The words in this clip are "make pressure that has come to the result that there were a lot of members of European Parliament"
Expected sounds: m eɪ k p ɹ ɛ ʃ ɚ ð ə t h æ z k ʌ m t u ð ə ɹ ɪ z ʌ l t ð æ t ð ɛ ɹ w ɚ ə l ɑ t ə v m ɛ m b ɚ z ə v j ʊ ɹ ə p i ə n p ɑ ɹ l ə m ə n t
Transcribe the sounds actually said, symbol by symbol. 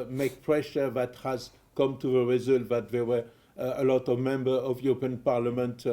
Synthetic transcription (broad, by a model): m eɪ k p ɹ ɛ ʃ ɚ ð ə t h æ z k ʌ m t u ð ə ɹ ɪ z ʌ l t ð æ t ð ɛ w ɚ ə l ɑ t ə v m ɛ m b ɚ ə v j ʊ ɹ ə p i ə n p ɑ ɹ l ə m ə n t